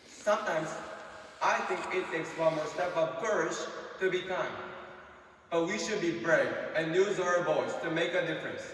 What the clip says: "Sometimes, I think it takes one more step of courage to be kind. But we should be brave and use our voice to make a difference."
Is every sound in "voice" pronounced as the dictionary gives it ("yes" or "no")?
no